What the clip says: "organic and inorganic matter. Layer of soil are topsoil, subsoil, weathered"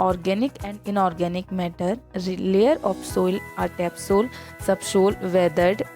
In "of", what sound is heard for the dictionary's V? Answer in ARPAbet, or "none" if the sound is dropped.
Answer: P